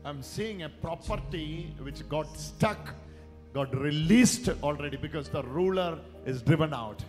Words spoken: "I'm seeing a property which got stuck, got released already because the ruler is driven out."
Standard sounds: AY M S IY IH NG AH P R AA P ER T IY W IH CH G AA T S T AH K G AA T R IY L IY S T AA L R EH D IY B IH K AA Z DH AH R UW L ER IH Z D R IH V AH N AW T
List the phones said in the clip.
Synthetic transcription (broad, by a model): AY M S IY IH NG AH P R AA P ER T IY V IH CH G AA T S T AH K G AA T R IY L IY S T AA L R EH D IY B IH K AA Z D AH R UW L ER IH Z D R IH V AH N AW T